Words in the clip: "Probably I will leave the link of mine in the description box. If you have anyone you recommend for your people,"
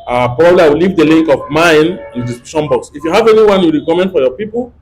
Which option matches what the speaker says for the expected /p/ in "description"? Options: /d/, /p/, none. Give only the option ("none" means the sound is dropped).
none